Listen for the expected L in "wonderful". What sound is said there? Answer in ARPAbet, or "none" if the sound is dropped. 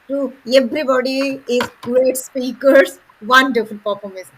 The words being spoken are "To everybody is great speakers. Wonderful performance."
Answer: N